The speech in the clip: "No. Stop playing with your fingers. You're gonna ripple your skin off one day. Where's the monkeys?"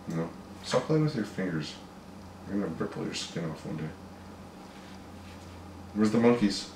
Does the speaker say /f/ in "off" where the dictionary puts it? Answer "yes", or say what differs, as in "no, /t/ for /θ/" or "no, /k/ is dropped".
yes